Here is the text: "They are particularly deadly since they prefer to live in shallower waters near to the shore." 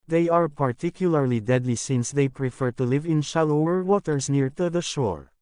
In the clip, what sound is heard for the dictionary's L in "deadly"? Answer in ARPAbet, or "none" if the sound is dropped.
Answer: L